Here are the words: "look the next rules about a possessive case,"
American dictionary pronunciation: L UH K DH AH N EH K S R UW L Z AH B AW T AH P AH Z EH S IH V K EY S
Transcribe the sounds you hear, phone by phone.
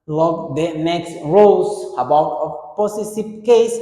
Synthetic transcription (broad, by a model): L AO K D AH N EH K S R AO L S AH B AW T AH P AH S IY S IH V K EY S